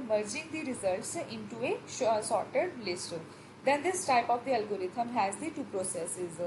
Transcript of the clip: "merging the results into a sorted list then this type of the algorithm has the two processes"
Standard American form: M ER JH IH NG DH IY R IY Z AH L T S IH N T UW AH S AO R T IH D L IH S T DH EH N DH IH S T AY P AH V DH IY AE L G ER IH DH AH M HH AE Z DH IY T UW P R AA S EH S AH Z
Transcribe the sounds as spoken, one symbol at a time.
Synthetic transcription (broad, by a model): M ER JH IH NG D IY R IY Z AH L T S IH N T UW AH S AO R T IH D L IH S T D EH N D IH S T AY P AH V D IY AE L G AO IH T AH M HH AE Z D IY T UW P R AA S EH S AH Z